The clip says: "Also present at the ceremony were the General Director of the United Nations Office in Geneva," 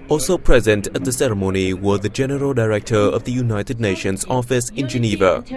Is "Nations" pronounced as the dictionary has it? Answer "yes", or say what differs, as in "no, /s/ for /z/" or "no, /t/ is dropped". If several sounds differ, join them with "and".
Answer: yes